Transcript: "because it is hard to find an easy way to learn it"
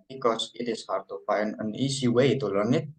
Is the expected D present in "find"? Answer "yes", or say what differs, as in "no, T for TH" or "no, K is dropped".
no, D is dropped